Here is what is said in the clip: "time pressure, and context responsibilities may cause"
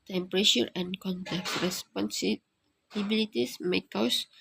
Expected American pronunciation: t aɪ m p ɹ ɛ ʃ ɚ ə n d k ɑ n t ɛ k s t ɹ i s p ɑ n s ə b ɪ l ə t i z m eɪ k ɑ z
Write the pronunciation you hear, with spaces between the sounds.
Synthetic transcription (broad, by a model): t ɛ m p ɹ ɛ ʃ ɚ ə n k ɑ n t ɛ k t ɹ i s p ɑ n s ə b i l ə t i s m eɪ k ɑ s